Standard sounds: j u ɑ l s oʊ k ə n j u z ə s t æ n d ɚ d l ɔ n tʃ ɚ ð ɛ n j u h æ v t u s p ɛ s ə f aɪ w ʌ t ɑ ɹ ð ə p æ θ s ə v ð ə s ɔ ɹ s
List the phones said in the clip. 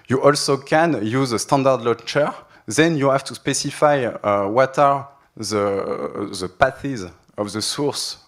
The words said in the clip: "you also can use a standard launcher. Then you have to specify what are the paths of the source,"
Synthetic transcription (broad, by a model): j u ɑ l s oʊ k ə n j u z ə s t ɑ n d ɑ d l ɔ tʃ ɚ ð ɛ n j u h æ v t u s p ɛ s ə f aɪ w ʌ t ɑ ɹ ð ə p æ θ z ə v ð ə s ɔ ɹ s